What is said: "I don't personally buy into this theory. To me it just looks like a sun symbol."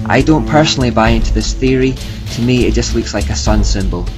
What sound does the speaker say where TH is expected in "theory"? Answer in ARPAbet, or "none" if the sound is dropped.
TH